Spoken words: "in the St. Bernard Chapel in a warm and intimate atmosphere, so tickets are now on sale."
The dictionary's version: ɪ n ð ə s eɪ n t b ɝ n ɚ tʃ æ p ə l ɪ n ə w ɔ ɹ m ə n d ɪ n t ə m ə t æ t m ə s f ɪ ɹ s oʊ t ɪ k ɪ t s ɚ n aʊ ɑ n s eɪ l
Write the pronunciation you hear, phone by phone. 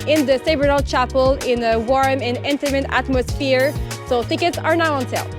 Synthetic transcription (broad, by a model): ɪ n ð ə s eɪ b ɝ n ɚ tʃ æ p ə l ɪ n ə w ɔ ɹ m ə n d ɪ n t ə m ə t æ t m ə s f ɪ ɹ s oʊ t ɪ k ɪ t s ɚ n aʊ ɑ n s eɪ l